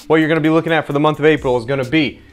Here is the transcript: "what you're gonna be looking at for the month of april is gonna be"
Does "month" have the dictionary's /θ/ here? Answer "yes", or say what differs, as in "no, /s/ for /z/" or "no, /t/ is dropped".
yes